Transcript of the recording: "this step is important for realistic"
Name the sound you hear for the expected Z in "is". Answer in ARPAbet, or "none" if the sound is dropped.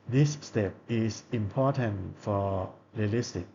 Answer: S